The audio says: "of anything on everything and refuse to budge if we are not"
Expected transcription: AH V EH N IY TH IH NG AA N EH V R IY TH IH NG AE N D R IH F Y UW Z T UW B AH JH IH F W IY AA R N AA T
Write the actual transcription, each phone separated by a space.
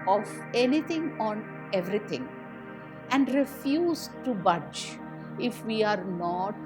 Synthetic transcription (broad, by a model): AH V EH N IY T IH NG AA N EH V R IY T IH NG AE N D R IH F Y UW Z T UW B AH JH IH F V IY AA R N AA T